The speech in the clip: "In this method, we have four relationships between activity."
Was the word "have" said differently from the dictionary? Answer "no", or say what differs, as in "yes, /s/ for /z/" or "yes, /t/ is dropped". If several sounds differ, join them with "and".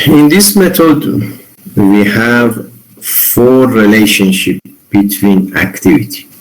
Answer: no